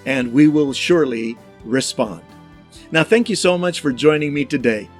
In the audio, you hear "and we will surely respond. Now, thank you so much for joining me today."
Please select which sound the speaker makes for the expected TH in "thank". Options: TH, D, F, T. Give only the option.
TH